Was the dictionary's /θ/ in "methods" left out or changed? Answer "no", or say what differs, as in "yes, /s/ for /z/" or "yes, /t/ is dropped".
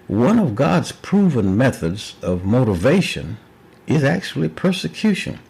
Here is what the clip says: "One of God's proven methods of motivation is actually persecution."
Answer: no